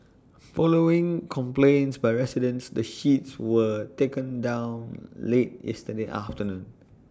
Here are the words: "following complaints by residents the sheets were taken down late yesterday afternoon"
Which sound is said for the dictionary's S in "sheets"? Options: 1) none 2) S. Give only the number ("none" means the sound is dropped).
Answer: 2